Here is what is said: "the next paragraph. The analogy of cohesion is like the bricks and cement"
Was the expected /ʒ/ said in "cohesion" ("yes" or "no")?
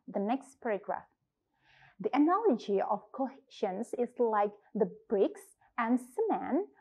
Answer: no